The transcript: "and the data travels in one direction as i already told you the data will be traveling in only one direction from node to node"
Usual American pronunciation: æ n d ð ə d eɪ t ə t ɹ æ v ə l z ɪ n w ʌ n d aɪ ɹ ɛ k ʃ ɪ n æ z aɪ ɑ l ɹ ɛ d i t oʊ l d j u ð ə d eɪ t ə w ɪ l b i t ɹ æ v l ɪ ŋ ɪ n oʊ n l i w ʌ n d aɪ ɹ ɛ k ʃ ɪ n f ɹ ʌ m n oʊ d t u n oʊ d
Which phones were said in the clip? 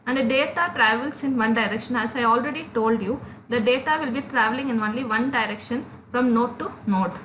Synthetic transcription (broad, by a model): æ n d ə d eɪ t ə t ɹ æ v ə l s ɪ n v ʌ n d aɪ ɹ ɛ k ʃ ɪ n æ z aɪ ɑ l ɹ ɛ d i t oʊ l d j u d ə d eɪ t ə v ɪ l b i t ɹ æ v l ɪ ŋ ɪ n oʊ n l i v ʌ n d aɪ ɹ ɛ k ʃ ɪ n f ɹ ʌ m n oʊ t u n oʊ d